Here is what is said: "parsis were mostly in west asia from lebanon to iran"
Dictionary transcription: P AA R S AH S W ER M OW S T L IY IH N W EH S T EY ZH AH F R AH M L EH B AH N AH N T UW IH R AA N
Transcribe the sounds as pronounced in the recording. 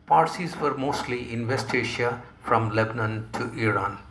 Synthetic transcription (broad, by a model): P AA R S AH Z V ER M OW S T L IY IH N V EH S T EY SH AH F R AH M L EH B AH N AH N T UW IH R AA N